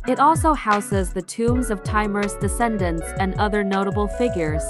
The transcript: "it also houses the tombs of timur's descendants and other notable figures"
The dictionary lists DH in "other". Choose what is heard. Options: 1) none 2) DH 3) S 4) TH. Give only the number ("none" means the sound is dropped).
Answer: 2